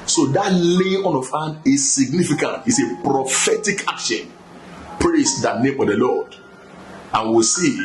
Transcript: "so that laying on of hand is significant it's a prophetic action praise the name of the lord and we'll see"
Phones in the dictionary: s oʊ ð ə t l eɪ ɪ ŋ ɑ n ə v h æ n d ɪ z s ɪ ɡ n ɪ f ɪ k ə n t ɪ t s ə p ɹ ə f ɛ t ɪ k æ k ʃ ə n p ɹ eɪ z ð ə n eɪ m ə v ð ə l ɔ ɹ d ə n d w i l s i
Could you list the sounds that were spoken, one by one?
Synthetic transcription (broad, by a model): s oʊ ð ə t l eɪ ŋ ɑ n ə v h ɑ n ɪ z s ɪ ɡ n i f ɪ k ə n t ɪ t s ə p ɹ ə f ɛ t ɪ k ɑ k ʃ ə n p ɹ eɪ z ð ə n eɪ m ə v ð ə l ɔ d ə n w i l s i